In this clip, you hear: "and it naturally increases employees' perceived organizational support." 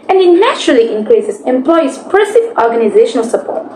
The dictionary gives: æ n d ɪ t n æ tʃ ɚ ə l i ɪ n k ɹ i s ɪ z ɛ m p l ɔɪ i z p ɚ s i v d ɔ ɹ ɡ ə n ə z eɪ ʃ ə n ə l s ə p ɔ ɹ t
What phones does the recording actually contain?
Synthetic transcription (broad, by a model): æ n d ɪ t n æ tʃ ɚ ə l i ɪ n k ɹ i s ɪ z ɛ m p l ɔɪ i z p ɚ s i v ɔ ɹ ɡ ə n ə z eɪ ʃ ə n ə l s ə p ɔ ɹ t